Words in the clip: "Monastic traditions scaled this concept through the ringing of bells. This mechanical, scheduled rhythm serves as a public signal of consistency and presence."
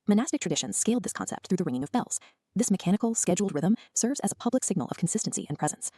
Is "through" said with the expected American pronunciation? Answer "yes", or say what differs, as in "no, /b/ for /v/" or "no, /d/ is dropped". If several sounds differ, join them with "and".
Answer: yes